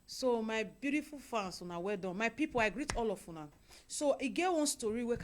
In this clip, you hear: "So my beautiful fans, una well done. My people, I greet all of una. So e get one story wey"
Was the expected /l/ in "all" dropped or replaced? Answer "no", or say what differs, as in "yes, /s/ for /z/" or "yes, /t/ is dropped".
no